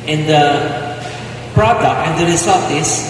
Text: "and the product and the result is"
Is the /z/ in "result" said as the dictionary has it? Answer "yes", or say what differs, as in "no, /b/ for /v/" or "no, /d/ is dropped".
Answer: no, /s/ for /z/